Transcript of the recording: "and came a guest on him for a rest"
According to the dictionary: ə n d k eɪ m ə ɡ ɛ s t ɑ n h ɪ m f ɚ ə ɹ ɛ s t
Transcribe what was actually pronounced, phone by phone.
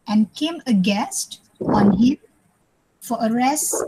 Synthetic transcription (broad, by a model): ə n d k eɪ m ə ɡ ɛ s t ɑ n h ɪ m f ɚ ə ɹ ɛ s